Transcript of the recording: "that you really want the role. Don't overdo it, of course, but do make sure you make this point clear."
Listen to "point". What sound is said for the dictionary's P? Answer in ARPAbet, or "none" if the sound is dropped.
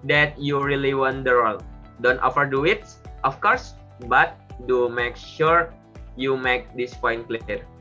F